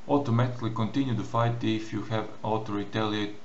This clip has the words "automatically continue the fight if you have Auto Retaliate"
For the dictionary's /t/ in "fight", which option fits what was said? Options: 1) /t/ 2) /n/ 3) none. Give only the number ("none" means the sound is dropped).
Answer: 1